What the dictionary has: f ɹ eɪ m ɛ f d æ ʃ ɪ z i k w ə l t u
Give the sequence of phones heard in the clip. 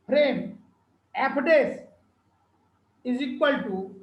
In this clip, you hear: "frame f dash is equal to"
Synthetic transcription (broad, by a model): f ɹ eɪ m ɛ p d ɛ s ɪ z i k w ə l t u